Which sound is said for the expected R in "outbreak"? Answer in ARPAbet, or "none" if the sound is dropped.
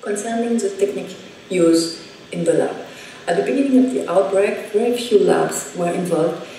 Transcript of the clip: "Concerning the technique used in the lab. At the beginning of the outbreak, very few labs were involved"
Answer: R